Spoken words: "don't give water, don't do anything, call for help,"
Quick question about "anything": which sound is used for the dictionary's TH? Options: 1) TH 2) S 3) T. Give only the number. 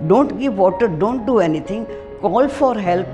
3